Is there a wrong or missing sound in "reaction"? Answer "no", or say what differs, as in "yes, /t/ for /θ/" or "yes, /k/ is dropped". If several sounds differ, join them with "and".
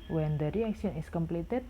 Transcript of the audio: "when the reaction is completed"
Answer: yes, /s/ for /ʃ/